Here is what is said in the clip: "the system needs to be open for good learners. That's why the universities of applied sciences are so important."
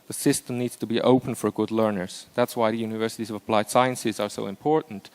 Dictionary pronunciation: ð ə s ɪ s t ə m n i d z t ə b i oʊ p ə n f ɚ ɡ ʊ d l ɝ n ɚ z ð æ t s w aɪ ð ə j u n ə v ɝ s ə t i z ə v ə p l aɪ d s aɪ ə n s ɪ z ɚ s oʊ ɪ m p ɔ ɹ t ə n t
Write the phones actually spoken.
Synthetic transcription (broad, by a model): ð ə s ɪ s t ə m n i d z t ə b i oʊ p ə n f ɚ ɡ ʊ d l ɝ n ɚ z ð æ t s w aɪ ð ə j u n ə v ɝ s ə t i z ə v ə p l aɪ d s aɪ ə n s ɪ z ɚ s oʊ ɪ m p ɔ ɹ t n t